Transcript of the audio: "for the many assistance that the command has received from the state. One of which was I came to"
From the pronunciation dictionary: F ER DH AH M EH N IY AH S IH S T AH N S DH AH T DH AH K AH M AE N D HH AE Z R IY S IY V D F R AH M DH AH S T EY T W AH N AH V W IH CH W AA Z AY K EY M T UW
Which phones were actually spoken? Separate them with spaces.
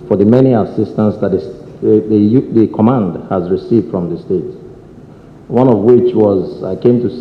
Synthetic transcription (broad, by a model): F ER DH AH M EH N IY AH S IH S T AH N S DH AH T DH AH K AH M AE N D HH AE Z R IY S IY V D F R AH M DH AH S T EY T W AH N AH V W IH CH W AA Z AY K EY M T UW